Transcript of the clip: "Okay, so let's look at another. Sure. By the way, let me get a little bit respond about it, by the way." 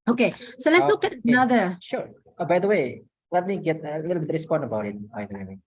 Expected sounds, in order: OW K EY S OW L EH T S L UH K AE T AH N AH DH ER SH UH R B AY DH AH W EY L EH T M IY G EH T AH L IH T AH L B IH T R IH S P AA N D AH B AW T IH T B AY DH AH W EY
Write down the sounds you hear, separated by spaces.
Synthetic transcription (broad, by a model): OW K EY S OW L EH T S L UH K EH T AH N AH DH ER SH UH R B AY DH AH W EY L EH T M IY G EH T AH L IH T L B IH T R IH S P AA N D AH B AW T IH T B AY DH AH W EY